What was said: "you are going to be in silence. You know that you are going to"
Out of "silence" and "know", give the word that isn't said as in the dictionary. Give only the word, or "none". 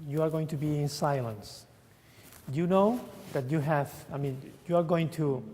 none